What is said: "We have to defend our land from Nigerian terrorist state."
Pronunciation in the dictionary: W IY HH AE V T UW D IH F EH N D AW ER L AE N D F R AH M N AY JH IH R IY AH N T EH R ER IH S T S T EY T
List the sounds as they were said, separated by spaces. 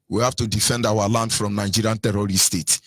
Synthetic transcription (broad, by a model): W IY HH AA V T UW D IH F EH N D AW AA L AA N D F R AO M N AY JH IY R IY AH N T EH R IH T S T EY T